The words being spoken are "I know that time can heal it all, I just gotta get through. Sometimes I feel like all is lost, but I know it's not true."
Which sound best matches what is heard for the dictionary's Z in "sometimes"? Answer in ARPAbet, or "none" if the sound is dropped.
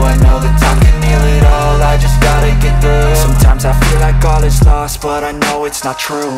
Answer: Z